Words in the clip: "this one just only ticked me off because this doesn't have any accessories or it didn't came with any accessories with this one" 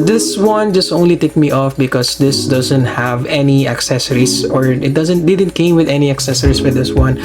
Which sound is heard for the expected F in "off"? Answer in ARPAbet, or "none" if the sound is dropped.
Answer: F